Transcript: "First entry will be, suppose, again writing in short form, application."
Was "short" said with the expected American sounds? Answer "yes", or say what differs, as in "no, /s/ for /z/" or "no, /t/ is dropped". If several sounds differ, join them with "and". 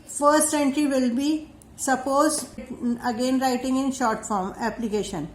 yes